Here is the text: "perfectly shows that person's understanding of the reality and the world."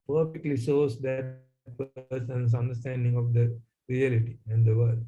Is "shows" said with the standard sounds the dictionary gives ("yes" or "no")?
no